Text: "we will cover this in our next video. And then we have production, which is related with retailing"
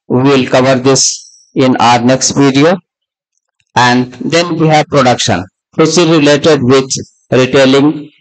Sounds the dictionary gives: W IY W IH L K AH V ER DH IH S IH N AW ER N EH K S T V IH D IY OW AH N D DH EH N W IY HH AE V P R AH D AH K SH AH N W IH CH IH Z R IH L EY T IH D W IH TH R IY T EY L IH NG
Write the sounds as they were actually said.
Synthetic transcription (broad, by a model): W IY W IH L K AH V ER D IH S IH N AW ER N EH K S T P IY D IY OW AH N D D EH N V IY HH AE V P R AH D AH K SH AH N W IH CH IH Z R IH L EY T IH D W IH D R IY T EY L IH NG